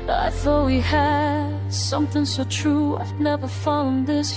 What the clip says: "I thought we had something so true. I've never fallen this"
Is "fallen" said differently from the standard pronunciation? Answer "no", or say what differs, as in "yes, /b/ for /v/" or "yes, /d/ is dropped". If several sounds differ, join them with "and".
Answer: yes, /l/ is dropped